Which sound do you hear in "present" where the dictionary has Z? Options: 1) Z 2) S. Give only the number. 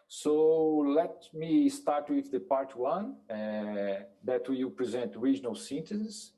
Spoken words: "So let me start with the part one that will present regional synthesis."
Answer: 1